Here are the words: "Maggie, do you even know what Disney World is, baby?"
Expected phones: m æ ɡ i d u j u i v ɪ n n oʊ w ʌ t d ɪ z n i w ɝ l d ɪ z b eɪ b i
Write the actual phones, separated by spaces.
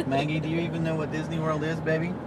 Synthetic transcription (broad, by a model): m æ ɡ i d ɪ j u i v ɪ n n oʊ w ʌ t d ɪ z n i w ɝ l d ɪ z b eɪ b i